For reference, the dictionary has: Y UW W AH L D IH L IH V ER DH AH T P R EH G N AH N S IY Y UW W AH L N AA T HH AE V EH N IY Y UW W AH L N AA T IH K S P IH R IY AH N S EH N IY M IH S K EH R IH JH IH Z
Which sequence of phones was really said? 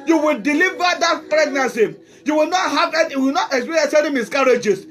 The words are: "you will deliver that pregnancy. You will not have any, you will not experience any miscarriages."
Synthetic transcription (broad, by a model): Y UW W AH L D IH L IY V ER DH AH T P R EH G N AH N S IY Y UW W AH L N AA T HH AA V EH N Y UW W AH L N AA T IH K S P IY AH S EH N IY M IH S K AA R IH JH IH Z